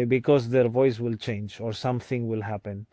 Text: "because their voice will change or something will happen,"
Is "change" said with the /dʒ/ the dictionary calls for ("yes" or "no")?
yes